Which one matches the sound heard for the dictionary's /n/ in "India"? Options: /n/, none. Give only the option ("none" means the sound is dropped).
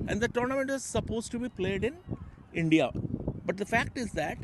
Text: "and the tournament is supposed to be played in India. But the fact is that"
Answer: /n/